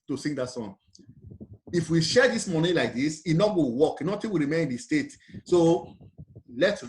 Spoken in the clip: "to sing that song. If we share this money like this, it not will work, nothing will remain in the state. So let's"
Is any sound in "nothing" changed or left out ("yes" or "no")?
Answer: yes